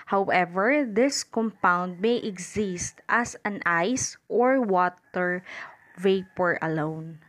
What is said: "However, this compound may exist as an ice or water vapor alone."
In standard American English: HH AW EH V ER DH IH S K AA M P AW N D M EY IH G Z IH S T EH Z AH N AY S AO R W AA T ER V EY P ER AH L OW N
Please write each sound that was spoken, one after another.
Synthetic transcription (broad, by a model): HH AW EH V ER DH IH S K AA M P AW N D M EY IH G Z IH S T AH S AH N AY S AO R W AA T ER V EY P ER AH L OW N